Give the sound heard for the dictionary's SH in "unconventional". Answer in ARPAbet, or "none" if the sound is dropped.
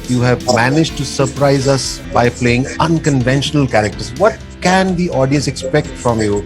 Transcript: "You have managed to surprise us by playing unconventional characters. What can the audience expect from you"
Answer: SH